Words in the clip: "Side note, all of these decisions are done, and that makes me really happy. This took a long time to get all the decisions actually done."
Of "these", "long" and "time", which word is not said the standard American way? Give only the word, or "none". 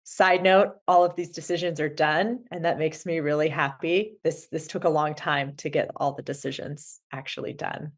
none